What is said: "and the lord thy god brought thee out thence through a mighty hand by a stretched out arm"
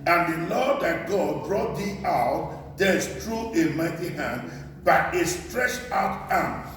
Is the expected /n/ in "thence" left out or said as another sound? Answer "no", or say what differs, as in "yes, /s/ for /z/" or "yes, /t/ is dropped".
yes, /n/ is dropped